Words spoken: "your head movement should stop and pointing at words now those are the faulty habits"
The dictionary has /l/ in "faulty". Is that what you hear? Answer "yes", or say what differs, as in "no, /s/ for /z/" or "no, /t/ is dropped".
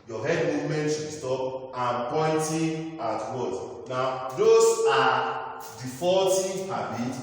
no, /l/ is dropped